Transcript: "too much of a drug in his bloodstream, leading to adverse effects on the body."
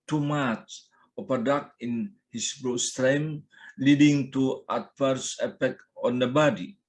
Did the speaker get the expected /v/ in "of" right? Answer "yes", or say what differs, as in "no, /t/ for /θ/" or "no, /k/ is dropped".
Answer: no, /p/ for /v/